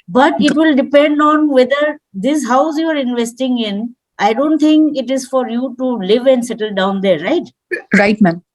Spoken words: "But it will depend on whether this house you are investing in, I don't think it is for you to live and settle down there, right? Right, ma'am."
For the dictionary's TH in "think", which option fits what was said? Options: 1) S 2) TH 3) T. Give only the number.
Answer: 3